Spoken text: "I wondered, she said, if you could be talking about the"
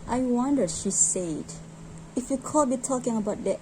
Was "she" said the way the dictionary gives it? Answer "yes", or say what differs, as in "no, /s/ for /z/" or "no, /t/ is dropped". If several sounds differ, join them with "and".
yes